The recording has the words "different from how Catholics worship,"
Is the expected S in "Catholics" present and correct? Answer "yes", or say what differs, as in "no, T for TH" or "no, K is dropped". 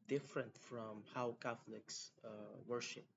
yes